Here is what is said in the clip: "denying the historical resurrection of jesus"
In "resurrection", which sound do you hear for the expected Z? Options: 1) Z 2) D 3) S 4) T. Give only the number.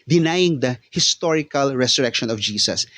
3